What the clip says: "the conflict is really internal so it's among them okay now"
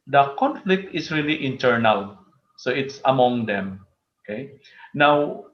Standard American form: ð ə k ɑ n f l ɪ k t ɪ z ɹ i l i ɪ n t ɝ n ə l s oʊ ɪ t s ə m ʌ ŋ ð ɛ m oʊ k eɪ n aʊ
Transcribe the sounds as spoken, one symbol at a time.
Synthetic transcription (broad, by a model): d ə k ɑ n f l ɪ k t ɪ s ɹ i l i ɪ n t ɝ n ə l s oʊ ɪ t s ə m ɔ ŋ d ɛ m oʊ k eɪ n aʊ